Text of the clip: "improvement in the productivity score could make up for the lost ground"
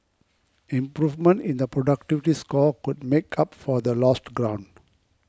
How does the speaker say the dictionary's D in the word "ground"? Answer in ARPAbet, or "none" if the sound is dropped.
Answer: D